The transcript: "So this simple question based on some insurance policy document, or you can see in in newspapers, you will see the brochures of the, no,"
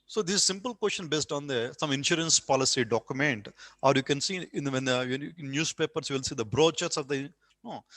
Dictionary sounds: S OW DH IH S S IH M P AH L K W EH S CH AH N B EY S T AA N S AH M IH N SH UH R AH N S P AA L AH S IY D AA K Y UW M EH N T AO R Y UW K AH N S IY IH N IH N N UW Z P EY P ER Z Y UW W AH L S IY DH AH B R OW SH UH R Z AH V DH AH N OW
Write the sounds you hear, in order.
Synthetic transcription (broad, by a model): S OW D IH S S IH M P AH L K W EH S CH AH N B EY S T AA N S AH M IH N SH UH R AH N S P AA L AH S IY D AA K Y UW M EH N T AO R Y UW K AH N S IY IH N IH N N UW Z P EY P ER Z Y UW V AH L S IY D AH B R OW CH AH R S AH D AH N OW